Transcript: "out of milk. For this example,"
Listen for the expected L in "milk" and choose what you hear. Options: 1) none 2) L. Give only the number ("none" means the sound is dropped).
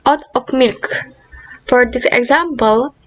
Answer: 2